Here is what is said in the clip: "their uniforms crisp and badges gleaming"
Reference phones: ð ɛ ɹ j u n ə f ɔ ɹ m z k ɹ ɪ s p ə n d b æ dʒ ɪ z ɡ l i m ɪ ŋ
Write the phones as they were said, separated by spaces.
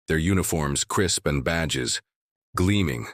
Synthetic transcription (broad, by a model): ð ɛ ɹ j u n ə f ɔ ɹ m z k ɹ ɪ s p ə n b æ dʒ ɪ z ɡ l i m ɪ ŋ